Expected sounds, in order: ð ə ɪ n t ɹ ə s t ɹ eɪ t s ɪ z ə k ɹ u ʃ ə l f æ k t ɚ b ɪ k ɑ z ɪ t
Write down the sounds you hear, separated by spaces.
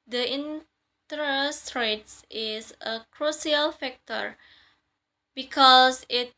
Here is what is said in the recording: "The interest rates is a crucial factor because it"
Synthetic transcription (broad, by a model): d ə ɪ n t ɹ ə s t ɹ eɪ t s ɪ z ə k ɹ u s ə l f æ k t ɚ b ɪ k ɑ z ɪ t